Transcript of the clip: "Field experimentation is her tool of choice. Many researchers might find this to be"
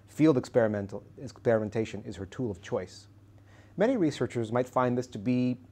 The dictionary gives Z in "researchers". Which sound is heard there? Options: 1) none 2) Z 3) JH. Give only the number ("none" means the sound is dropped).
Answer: 2